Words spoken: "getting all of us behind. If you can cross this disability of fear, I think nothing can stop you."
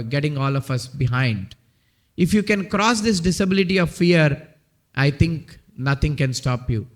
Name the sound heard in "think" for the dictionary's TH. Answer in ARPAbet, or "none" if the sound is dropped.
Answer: T